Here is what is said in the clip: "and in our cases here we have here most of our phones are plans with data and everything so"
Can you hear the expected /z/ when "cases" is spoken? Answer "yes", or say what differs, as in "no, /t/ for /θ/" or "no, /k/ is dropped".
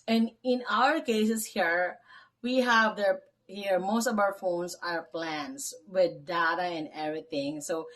no, /s/ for /z/